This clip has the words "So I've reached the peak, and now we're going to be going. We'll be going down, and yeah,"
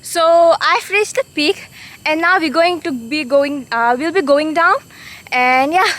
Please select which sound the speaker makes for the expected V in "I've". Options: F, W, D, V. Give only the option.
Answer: F